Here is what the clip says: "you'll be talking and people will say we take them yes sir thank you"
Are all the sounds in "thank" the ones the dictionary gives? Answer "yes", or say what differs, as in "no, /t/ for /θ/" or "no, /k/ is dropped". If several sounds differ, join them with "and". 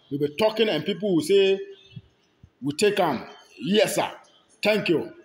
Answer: no, /t/ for /θ/